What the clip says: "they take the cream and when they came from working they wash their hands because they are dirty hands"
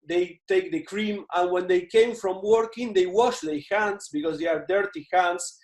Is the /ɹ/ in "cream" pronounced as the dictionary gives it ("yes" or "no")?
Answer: yes